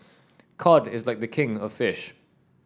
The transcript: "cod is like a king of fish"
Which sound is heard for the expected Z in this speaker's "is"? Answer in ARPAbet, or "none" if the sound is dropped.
Z